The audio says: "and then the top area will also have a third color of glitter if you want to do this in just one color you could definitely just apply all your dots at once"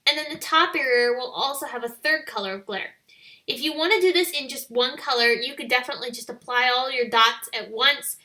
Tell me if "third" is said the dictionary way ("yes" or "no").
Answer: yes